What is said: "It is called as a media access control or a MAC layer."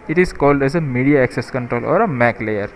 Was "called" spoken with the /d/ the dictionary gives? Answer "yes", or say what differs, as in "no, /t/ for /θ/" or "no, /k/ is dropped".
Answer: yes